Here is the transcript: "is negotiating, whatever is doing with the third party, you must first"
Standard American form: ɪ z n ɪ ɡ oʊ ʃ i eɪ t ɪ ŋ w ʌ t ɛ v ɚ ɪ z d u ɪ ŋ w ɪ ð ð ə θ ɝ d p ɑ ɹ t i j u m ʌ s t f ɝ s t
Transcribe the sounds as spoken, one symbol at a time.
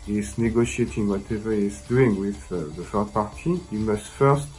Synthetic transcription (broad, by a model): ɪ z n ɪ ɡ oʊ ʃ i eɪ t ɪ ŋ w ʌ t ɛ v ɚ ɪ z d u ɪ ŋ w ɪ ð ð ə f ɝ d p ɑ ɹ t i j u m ʌ s t f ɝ s t